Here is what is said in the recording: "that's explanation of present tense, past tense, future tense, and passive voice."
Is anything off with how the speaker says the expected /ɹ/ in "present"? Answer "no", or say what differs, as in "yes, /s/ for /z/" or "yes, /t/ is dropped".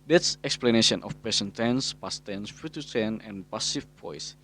yes, /ɹ/ is dropped